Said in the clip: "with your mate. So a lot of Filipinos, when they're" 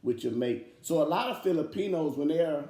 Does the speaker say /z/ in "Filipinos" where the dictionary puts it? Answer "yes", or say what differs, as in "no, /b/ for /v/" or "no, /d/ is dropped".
yes